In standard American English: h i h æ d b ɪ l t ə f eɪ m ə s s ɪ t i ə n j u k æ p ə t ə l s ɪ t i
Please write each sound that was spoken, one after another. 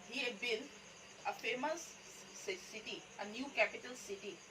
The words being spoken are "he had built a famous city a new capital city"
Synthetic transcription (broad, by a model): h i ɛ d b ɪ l ə f eɪ m ə s s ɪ t i ə n j u k æ p ə t ə l s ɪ t i